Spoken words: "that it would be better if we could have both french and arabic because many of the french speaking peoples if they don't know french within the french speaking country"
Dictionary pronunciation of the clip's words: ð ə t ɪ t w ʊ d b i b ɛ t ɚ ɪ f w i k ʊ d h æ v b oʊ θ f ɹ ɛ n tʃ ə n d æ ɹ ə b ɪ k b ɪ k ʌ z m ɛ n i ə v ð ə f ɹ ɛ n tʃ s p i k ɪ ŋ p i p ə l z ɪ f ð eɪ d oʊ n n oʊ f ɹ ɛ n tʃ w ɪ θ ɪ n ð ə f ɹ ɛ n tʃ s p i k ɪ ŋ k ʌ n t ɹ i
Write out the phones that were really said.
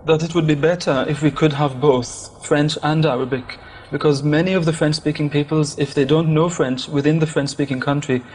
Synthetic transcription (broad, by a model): ð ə t ɪ t w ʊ d b i b ɛ t ɚ ɪ f w i k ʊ d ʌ v b oʊ θ f ɹ ɛ n tʃ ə n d æ ɹ ə b ɪ k b ɪ k ʌ z m ɛ n i ə v ð ə f ɹ ɛ n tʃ s p i k ɪ ŋ p i p ə l z ɪ f ð eɪ d oʊ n n oʊ f ɹ ɛ n tʃ w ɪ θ ɪ n ð ə f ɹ ɛ n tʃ s p i k ɪ ŋ k ʌ n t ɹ i